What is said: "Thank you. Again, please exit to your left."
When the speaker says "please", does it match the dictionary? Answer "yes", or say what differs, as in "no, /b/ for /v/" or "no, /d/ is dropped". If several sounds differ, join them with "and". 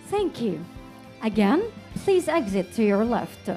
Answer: yes